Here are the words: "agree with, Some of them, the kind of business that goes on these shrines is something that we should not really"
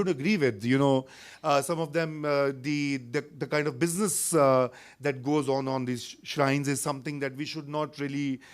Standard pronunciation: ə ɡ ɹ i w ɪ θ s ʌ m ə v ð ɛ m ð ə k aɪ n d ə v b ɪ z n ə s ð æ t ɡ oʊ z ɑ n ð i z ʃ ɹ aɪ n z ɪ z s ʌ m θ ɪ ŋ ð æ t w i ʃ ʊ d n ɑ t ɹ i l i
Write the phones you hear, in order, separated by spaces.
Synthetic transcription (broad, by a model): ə ɡ ɹ i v ɪ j s ʌ m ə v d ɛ m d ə k aɪ n d ə v b ɪ z n ə s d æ t ɡ oʊ z ɑ n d i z ʃ ɹ aɪ n z ɪ z s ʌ m t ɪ ŋ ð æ t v i ʃ ʊ d n ɑ t ɹ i l i